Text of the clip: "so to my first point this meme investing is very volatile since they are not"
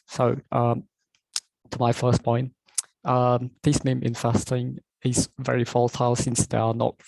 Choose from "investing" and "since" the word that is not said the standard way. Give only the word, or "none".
investing